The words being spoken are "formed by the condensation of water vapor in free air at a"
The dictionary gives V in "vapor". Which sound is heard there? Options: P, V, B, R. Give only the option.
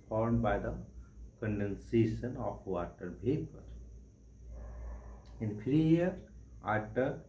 B